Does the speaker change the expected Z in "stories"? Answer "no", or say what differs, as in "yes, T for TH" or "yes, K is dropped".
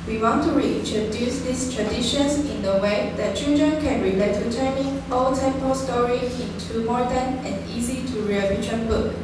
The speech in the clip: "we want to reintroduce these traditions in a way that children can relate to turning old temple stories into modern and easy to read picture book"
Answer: yes, Z is dropped